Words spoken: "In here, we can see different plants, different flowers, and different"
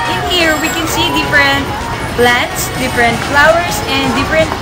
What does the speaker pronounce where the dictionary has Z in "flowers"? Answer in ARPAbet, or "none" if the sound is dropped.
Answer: S